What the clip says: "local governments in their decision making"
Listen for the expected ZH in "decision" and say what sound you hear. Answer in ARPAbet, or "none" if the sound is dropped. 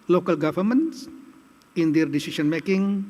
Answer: S